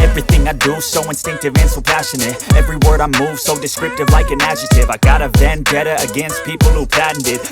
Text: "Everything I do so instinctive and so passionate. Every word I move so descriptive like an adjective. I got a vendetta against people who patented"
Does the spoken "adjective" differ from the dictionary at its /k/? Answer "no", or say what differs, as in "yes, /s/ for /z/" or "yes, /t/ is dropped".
yes, /k/ is dropped